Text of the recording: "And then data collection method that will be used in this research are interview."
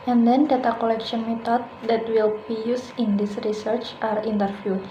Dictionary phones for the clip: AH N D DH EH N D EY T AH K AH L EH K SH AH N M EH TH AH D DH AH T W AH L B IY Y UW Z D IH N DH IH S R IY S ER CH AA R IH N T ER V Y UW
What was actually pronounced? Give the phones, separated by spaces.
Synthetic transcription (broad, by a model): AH N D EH N D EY T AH K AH L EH K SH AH N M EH T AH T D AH T W AH L B IY Y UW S IH N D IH S R IY S ER CH AA R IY N T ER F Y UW